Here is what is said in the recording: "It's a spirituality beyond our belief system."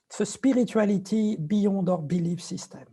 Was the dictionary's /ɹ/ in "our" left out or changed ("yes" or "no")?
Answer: no